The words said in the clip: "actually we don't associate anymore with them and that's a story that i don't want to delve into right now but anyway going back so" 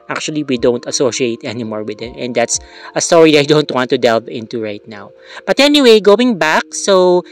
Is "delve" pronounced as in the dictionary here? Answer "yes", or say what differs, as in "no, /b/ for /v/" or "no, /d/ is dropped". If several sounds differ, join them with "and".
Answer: yes